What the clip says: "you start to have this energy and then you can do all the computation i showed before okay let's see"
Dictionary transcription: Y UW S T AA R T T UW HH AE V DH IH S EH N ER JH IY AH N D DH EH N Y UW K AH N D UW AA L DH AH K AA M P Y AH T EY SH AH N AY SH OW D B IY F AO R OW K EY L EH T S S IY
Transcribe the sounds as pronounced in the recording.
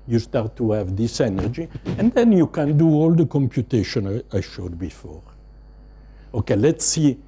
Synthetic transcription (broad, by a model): Y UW S T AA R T T UW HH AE V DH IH S EH N ER JH IY AH N D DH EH N Y UW K AH N D UW AA L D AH K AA M P Y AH T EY SH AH N AY SH OW D B IY F AO R OW K EY L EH T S S IY